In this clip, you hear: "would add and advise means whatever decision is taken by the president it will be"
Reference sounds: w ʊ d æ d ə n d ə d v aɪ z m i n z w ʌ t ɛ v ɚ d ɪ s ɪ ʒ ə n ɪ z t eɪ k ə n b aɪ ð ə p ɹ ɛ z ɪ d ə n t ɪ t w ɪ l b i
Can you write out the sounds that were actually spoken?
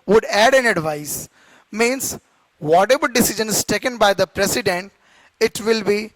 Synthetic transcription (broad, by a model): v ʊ d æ d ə n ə d v aɪ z m i n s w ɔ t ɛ b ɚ d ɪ s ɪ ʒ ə n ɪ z t eɪ k ə n b aɪ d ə p ɹ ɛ s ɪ d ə n t ɪ t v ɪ l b i